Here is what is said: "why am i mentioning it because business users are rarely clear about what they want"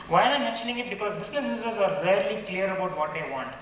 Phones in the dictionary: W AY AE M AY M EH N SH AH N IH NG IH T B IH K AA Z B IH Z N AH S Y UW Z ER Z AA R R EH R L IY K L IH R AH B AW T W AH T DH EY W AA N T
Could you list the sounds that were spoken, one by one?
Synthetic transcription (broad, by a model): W AY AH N AY M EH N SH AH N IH NG IH T B IH K AA Z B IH S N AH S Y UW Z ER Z AA R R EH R L IY K L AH R AH B AW T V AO T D EY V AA N T